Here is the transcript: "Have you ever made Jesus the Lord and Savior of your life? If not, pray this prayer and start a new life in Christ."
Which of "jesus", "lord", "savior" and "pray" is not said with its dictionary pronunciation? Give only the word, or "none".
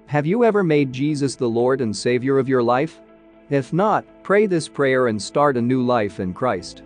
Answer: none